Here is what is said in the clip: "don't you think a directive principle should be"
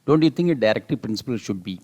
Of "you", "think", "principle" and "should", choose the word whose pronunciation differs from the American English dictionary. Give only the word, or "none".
think